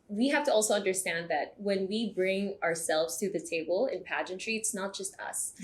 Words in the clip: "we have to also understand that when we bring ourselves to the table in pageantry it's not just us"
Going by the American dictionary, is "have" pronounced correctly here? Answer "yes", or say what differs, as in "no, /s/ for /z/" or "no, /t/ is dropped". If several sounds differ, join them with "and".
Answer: no, /f/ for /v/